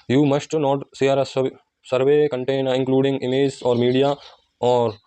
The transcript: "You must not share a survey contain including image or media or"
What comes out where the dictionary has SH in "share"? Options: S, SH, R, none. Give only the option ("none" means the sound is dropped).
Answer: S